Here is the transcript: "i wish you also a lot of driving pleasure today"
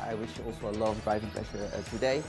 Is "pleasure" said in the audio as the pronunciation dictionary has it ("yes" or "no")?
no